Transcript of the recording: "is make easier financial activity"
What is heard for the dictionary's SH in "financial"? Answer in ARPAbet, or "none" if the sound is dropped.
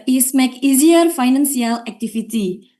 S